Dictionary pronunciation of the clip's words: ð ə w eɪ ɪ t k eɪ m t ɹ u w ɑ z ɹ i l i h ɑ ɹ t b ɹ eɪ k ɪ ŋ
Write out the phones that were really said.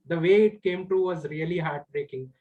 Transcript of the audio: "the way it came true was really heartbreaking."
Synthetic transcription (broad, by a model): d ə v eɪ ɪ t k eɪ m t u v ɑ z ɹ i l i h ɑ ɹ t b ɹ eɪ k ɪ ŋ